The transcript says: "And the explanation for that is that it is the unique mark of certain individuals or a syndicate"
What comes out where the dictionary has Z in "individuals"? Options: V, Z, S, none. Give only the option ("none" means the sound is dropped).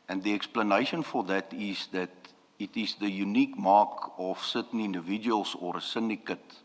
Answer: S